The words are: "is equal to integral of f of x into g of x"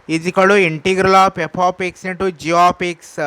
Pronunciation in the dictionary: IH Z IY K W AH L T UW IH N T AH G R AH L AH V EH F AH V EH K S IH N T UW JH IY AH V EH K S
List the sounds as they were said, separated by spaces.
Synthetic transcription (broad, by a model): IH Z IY K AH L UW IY N T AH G R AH L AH P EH P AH P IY K S IH N T UW JH IY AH P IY K S